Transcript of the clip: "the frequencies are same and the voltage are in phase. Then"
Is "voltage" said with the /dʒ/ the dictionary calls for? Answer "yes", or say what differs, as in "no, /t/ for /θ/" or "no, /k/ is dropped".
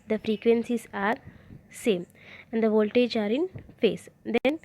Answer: yes